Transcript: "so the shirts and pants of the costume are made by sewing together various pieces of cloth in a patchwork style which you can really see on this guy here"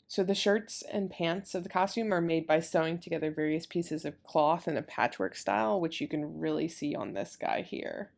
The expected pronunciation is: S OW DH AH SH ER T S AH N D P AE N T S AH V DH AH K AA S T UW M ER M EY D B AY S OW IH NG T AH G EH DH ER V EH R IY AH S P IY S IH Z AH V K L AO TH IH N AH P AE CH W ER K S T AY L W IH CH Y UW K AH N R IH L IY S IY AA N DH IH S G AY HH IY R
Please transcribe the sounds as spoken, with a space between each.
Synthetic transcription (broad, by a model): S OW DH AH SH ER T S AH N P AE N T S AH V DH AH K AA S T UW M ER M EY D B AY S OW IH NG T AH G EH DH ER V EH R IY AH S P IY S IH Z AH V K L AO TH IH N AH P AE CH W ER K S T AY L W IH CH Y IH K AH N R IH L IY S IY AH N DH IH S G AY HH IY R